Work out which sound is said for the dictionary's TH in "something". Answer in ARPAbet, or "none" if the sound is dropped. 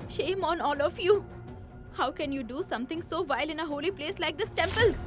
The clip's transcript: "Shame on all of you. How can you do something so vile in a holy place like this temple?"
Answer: T